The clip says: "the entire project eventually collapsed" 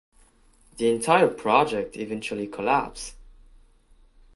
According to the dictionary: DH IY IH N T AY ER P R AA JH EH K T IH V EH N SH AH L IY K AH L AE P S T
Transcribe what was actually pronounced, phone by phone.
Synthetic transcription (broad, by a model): DH IY IH N T AY ER P R AA JH EH K T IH V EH N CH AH L IY K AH L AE P S